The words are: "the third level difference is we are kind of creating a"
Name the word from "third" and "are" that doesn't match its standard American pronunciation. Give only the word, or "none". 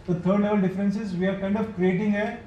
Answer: third